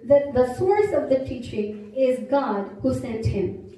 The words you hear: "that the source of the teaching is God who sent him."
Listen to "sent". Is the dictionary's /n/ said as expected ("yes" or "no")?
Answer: yes